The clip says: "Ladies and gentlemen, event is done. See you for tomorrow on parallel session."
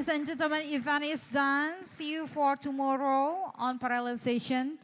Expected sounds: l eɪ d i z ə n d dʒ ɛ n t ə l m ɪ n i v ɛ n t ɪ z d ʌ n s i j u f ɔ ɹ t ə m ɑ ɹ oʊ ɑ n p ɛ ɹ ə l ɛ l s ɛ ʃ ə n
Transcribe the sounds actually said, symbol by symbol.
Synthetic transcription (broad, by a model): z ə n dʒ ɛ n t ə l m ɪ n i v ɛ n ɪ s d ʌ n s i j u f ɔ ɹ t ə m ɑ ɹ oʊ ɑ n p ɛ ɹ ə l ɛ n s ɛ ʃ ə n